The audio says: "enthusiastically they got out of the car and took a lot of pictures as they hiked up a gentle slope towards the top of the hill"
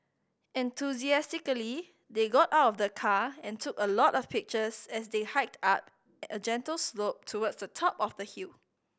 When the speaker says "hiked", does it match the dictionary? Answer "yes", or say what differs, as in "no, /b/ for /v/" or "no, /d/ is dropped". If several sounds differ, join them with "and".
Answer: yes